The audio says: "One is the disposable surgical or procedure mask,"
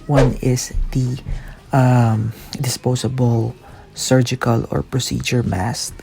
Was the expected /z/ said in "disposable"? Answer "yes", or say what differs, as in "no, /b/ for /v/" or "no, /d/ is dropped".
no, /s/ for /z/